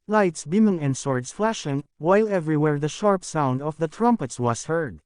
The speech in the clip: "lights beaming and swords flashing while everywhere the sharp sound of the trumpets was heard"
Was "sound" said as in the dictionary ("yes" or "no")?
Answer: yes